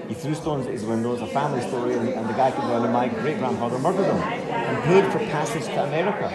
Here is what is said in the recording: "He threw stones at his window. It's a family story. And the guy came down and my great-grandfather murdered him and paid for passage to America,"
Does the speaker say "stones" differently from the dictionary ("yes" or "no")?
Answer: no